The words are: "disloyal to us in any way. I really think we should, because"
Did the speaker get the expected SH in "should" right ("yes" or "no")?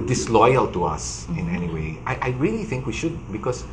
yes